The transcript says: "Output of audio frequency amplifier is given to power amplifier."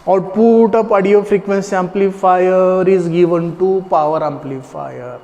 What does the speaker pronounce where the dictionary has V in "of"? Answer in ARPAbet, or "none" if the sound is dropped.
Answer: P